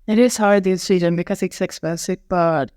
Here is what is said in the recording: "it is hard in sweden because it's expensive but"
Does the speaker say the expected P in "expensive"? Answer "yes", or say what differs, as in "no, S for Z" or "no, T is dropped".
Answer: no, B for P